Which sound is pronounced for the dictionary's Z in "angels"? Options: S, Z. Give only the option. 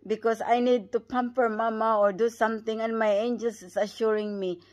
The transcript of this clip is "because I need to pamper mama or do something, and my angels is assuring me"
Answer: S